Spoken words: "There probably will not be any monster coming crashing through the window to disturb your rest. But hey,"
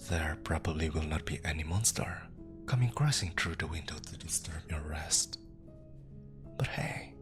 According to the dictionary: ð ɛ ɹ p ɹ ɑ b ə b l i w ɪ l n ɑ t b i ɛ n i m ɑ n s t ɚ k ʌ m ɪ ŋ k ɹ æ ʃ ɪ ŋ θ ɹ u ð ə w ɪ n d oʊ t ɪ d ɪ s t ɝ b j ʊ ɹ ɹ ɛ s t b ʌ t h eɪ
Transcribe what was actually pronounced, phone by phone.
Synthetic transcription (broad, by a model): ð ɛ ɹ p ɹ ɑ b ə b l i w ɪ l n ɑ t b i ɛ n i m ɑ n s t ɚ k ʌ m ɪ ŋ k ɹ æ s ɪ ŋ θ ɹ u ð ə w ɪ n d oʊ t ɪ d ɪ s t ɝ b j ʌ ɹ ɹ ɛ s t b ʌ t h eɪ